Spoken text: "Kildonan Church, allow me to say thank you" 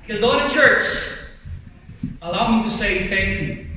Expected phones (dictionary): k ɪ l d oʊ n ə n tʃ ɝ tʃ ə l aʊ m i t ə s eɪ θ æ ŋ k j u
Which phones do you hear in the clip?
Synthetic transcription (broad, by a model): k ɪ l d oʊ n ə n tʃ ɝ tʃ ə l aʊ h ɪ t ə s eɪ θ æ ŋ k j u